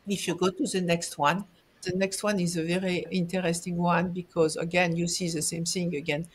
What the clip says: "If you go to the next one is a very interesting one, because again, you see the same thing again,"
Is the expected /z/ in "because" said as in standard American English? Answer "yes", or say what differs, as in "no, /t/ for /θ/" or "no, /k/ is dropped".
yes